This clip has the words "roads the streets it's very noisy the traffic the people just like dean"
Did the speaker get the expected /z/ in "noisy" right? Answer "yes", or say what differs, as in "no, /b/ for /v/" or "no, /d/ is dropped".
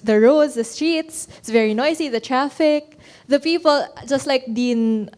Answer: no, /s/ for /z/